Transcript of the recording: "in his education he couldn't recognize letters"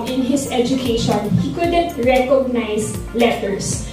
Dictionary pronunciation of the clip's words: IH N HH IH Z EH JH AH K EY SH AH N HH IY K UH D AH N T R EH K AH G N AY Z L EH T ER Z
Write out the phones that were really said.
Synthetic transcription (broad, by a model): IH N HH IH S EH JH AH K EY SH AH N HH IY K UH D AH N T R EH K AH G N AY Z L EH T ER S